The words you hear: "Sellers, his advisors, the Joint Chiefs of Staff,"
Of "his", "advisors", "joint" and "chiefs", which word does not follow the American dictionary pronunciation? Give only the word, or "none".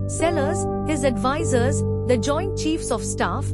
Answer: none